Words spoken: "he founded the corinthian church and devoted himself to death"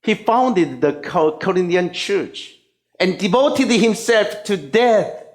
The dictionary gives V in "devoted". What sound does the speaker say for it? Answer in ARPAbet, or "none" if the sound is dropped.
V